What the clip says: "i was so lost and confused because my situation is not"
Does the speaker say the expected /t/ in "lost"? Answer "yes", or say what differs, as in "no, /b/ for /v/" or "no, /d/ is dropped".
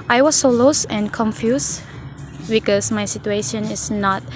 no, /t/ is dropped